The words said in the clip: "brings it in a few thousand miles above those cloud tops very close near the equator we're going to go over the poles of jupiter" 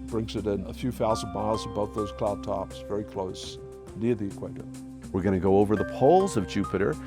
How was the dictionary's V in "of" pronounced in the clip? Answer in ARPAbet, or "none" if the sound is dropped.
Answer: V